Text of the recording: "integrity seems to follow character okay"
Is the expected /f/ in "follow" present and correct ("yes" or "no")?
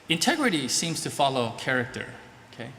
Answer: yes